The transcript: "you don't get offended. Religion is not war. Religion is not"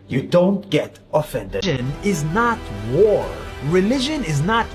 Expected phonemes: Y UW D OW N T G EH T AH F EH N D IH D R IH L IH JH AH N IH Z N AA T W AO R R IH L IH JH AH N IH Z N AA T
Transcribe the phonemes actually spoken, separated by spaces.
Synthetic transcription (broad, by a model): Y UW D OW N T G EH T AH F EH N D D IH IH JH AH N IH Z N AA T W AO R R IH L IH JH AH N IH Z N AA T